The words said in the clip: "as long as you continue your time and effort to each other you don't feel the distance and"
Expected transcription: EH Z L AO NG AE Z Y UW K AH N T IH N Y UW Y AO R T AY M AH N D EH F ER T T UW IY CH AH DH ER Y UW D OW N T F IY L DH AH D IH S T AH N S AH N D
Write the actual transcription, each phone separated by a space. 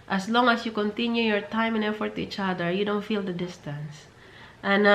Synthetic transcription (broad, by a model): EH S L AO NG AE S Y UW K AH N T IH N Y UW Y AO R T AY M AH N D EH F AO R T UW IY CH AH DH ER Y UW D OW N T F IY L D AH D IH S T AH N S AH N